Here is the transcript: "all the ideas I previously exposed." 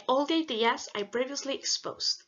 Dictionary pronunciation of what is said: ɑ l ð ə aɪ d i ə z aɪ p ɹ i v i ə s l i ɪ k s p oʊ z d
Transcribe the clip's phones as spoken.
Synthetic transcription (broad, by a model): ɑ l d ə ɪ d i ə s aɪ b ɹ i v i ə s l i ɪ k s p oʊ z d